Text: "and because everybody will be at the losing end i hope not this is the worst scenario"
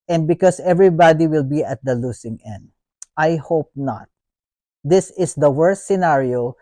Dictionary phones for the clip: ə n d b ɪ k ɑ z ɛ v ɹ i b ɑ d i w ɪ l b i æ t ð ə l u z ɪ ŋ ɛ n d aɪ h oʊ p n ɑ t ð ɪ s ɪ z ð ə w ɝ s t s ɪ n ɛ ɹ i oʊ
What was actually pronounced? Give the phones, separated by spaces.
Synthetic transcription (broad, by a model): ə n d b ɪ k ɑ s ɛ v ɹ i b ɑ d i w ɪ l b i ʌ t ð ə l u s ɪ ŋ ɛ n d aɪ h oʊ p n ɑ t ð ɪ s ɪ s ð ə w ɝ s t s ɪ n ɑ ɹ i oʊ